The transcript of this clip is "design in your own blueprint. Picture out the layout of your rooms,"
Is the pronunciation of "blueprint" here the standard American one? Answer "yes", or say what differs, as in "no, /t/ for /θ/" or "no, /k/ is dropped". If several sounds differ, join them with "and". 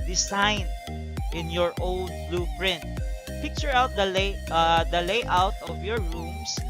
yes